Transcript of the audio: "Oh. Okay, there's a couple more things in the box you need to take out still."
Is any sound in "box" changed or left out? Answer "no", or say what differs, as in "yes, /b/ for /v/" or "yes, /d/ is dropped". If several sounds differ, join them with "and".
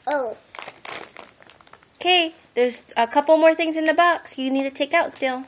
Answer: no